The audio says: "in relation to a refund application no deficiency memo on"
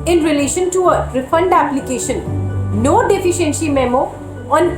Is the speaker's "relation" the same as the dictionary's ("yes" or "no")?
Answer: yes